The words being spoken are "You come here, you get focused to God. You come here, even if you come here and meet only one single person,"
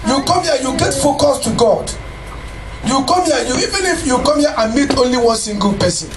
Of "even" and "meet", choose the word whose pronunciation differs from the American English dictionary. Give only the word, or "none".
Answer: none